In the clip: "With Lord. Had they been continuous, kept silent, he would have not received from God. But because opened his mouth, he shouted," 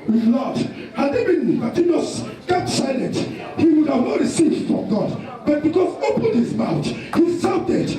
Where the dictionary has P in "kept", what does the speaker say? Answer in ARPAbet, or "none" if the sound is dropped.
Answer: none